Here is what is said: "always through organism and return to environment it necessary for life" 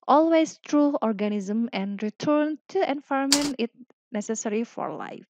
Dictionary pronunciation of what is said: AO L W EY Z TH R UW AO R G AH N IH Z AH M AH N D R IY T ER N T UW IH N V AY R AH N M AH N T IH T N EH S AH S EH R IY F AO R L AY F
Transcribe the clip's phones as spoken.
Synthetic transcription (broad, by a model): AO L W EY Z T R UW AO R G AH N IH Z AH M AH N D R IY T ER N T UW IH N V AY AH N M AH N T IH T N EH S AH S EH R IY F AO R L AY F